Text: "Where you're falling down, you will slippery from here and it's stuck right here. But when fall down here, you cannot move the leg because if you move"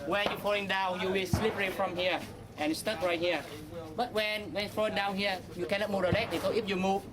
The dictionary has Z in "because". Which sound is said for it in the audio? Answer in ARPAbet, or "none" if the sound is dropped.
none